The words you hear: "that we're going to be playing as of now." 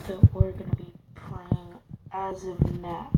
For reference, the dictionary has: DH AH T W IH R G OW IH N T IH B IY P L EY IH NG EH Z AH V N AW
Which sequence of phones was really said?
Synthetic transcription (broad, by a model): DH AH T W IH R G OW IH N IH B IY P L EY IH NG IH Z AH V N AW